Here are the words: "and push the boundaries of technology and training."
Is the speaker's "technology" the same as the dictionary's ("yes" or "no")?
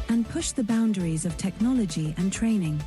yes